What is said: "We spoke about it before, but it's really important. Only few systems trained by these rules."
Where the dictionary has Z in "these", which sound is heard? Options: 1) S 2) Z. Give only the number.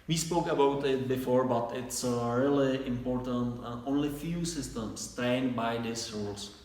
1